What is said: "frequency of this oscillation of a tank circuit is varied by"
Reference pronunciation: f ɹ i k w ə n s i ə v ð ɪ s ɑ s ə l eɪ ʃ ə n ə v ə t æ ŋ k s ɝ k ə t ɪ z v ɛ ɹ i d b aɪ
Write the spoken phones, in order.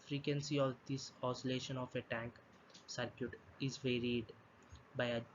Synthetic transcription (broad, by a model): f ɹ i k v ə n s i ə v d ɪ s ɑ s ə l eɪ ʃ ə n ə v ə t æ ŋ k s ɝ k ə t ɪ z v ɛ ɹ i d b aɪ